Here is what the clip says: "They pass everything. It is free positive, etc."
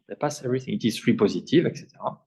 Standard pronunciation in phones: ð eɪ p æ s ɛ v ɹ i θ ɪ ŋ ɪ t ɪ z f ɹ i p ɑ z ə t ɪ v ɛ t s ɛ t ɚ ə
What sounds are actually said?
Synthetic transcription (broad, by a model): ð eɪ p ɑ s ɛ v ɹ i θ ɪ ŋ ɪ t ɪ z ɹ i p ɑ z ə t ɪ v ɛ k s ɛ t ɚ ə